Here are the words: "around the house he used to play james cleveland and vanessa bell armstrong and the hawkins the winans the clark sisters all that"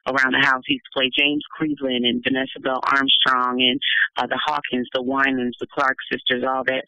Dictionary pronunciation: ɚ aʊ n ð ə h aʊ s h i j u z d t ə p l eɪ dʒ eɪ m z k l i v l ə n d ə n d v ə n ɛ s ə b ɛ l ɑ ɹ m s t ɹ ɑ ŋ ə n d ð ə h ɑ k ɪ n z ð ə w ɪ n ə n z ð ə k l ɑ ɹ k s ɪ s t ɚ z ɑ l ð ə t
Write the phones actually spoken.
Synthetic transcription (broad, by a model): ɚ aʊ n ð ə h aʊ s h i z t ə p l eɪ dʒ eɪ m z k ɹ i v l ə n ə n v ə n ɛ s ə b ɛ l ɑ ɹ m s t ɹ ɑ ŋ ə n ð ə h ɑ k ɪ n z ð ə w ɪ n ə n z ð ə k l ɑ ɹ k s ɪ s t ɚ z ɑ l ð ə t